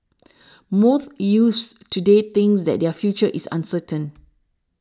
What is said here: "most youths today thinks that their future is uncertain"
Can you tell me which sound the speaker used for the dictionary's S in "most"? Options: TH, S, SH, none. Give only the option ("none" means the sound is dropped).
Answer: TH